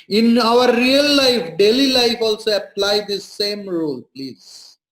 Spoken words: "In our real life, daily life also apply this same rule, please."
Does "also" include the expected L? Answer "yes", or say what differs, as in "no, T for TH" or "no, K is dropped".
yes